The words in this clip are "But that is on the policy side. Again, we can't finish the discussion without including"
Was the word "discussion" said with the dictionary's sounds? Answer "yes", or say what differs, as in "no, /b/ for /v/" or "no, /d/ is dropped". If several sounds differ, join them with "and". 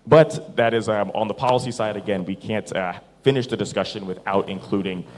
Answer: yes